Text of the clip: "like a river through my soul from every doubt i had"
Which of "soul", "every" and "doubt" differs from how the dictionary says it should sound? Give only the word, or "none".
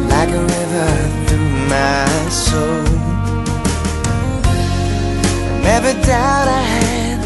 every